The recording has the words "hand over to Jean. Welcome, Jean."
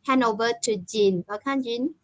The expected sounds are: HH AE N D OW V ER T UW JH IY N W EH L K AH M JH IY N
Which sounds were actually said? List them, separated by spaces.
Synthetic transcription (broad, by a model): HH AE N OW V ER T UW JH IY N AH K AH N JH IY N